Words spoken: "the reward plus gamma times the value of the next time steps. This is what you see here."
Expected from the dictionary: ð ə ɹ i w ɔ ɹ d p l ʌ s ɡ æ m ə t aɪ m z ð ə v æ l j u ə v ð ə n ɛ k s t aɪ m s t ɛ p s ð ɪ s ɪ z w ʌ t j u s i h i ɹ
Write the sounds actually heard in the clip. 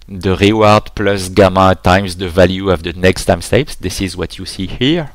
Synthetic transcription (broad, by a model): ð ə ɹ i w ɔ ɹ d p l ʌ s ɡ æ m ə t aɪ m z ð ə v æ l j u ə v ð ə n ɛ k s t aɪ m s t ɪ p s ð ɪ s ɪ z w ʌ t j u s i h i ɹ